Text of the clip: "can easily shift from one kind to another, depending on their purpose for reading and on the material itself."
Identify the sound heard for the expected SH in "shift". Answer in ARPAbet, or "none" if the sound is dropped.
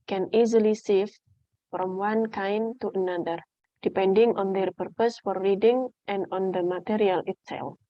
S